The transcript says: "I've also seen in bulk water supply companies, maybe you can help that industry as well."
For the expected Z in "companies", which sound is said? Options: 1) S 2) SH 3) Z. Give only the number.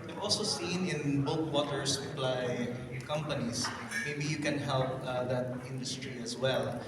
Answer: 1